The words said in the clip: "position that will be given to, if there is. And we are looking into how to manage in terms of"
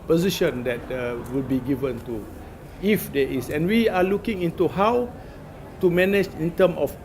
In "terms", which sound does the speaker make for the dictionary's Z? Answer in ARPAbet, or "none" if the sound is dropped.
none